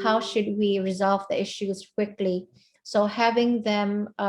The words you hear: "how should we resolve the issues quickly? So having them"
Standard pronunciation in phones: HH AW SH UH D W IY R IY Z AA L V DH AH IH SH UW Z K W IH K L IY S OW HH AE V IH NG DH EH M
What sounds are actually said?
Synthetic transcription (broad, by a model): HH AW SH UH D W IY R IY Z AA L V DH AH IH SH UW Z K W IH K L IY S OW HH AE V IH NG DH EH M